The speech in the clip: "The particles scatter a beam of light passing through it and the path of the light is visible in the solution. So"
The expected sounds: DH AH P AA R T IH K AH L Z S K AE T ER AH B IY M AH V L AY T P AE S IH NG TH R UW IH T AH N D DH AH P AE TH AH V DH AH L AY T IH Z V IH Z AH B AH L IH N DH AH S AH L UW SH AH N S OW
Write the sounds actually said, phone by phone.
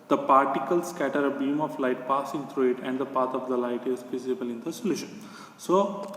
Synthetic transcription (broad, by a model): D AH P AA R T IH K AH L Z S K AE T ER AH B IY M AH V L AY T P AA S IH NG T R UW IH T AH N D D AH P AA T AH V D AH L AY T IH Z F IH S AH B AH L IH N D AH S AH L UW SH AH N S OW